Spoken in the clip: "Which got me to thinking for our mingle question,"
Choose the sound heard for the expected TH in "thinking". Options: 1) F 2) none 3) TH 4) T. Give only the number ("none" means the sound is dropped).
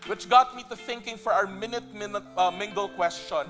3